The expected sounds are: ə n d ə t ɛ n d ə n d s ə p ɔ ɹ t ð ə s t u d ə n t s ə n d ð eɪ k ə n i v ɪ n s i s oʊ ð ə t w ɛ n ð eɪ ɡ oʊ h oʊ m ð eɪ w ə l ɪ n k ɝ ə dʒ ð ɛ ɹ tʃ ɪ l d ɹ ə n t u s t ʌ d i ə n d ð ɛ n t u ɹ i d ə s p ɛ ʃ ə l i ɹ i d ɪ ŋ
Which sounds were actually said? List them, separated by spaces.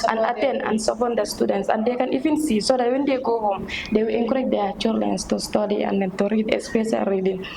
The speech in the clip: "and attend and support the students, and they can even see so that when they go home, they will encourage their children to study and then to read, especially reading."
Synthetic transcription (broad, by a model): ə n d ə t ɛ n d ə n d s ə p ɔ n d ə s t u d ə n t s ə n d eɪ k ə n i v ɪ n s i s oʊ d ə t w ɛ n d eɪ ɡ oʊ h oʊ m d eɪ w ə l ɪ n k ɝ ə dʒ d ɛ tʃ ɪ d l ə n t u s t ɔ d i ə n d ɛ n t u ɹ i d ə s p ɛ s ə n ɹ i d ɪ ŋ